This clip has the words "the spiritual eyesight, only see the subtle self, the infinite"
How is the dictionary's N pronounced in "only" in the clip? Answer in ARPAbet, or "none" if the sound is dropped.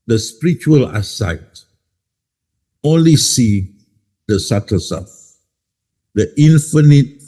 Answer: N